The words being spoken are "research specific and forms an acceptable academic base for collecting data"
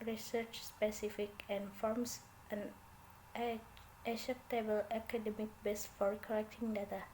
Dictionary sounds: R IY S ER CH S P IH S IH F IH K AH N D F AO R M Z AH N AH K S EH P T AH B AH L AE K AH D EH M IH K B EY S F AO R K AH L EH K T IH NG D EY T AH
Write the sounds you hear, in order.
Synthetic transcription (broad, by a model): R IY S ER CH S P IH S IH F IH K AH N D F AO R M S AH N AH S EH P T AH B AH L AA K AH D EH M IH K B EY S F AO R K AH L EH K T IH NG D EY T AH